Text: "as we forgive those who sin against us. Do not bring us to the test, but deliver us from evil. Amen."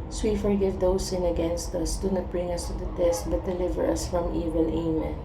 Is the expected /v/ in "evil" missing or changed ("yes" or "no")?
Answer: no